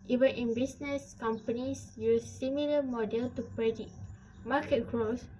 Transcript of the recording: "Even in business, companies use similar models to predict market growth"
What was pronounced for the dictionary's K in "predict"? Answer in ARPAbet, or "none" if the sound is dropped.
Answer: none